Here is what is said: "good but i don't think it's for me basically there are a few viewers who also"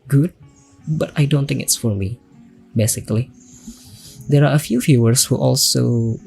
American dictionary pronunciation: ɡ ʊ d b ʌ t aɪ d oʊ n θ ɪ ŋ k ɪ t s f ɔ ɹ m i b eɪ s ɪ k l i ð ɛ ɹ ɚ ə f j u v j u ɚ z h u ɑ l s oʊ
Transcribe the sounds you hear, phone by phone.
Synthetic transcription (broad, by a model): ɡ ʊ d b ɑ t aɪ d oʊ n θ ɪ ŋ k ɪ t s f ɔ ɹ m i b eɪ s ɪ k l i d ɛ ɹ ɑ ə f j u f j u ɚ s h u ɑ l s oʊ